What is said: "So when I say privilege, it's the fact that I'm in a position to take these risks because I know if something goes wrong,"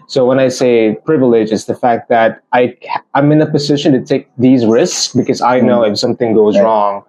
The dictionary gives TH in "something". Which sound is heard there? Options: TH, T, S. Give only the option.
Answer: TH